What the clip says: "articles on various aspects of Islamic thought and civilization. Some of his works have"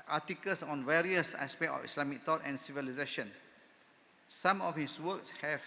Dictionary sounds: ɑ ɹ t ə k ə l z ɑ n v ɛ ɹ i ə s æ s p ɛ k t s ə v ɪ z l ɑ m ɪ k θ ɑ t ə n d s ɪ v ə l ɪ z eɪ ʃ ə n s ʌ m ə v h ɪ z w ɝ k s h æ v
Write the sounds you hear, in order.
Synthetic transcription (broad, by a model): ɑ t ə k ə l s ɑ n v ɛ ɹ i ə s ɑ s p ɛ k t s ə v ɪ s l ɑ m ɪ k t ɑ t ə n s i v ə l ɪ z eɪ ʃ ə n s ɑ m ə f h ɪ s w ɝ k s h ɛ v